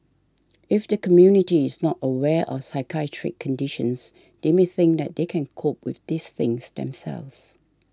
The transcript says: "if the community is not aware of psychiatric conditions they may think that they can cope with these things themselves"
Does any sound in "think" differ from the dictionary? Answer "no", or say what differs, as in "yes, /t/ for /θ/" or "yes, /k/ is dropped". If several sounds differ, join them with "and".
no